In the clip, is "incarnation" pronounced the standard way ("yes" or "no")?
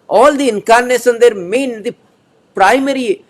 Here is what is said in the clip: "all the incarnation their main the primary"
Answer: no